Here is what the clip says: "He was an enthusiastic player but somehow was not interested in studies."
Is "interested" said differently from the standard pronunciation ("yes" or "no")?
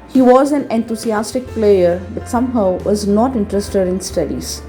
no